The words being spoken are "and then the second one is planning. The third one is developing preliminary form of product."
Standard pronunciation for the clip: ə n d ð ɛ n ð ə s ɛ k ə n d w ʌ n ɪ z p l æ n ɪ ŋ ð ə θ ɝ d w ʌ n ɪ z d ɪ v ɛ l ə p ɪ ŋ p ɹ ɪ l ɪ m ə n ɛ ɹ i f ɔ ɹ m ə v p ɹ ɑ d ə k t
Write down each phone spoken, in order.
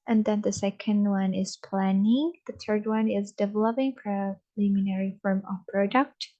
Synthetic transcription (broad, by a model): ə n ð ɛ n ð ə s ɛ k ə n d w ʌ n ɪ z p l æ n ɪ ŋ ð ə θ ɝ d w ʌ n ɪ z d ɪ v ɛ l ə p ɪ ŋ f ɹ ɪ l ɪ m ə n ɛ ɹ i f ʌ ɹ m ə v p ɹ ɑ d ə k t